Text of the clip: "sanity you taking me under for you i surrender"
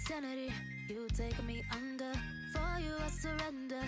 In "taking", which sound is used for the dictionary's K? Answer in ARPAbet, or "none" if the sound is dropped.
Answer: none